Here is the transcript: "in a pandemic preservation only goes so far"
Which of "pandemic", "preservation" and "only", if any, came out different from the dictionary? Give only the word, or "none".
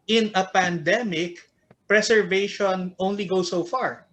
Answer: preservation